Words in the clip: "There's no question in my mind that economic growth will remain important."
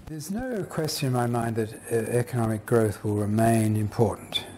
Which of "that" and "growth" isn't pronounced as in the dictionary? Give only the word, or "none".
none